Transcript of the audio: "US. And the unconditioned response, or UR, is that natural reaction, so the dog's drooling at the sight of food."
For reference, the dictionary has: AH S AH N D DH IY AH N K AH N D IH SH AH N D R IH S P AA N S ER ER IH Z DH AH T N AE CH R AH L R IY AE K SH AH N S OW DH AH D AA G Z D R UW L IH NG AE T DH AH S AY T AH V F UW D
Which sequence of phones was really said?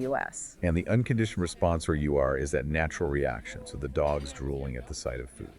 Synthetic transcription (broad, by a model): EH S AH N DH IY AH N K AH N D IH SH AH N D R IH S P AA N S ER ER IH Z DH AH T N AE CH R L R IY AE K SH AH N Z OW DH AH D AA G Z D R UW L IH NG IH T DH AH S AY T AH V F UW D